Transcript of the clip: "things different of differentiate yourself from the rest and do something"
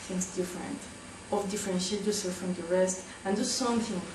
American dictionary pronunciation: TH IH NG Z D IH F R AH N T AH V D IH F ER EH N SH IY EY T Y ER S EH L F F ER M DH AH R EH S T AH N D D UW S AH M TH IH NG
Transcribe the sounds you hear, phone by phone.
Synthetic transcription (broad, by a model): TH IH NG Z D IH F R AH N T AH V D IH F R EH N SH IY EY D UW S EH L F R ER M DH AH R EH S T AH N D D UW S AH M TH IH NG